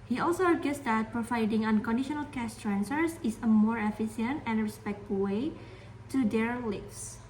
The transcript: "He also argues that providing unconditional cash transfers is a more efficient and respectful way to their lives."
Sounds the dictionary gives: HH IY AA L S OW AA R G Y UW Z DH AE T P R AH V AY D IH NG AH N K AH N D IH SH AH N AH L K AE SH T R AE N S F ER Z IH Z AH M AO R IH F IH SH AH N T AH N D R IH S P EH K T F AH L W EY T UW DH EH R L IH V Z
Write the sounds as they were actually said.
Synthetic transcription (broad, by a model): HH IY AA L S OW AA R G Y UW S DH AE T P R AH V AY D IH NG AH N K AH N D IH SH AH N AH L K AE S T R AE N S ER S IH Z AH M AO R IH F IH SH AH N T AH N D R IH S P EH K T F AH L W EY T UW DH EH R L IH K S